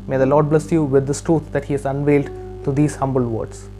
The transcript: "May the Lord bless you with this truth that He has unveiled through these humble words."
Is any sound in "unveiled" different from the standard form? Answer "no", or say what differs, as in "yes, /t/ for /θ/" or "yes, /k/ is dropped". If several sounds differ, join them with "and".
no